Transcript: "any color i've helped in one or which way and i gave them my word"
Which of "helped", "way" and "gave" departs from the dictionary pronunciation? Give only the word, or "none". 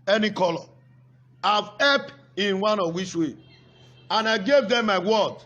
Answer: helped